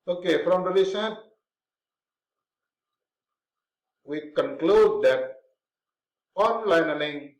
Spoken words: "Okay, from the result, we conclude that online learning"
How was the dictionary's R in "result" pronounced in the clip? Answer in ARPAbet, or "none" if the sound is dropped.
L